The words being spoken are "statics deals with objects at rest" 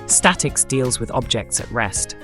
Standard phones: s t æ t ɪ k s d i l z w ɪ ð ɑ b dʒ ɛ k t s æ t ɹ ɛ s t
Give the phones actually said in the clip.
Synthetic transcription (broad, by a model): s t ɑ t ɪ k s d i l z w ɪ ð ɑ b dʒ ɛ k t s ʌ t ɹ ɛ s t